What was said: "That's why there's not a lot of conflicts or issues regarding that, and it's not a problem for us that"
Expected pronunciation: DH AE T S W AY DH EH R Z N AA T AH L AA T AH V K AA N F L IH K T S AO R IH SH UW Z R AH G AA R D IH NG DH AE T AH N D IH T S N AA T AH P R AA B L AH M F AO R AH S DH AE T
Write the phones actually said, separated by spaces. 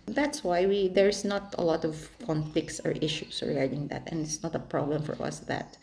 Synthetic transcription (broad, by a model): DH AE T S W AY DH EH R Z N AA T AH L AA T AH V K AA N F L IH K T S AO R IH SH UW S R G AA R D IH NG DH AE T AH N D IH T S N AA T AH P R AA B L AH M F AO R AH S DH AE T